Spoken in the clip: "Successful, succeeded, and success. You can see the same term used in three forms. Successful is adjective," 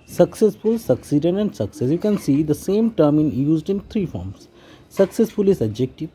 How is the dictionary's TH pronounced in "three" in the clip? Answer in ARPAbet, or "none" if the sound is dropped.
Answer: T